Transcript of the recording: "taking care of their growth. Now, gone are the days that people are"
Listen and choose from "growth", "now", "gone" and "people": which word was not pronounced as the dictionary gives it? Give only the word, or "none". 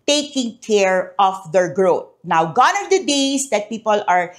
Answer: growth